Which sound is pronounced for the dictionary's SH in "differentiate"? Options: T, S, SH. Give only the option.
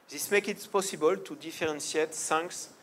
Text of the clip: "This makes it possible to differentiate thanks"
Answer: S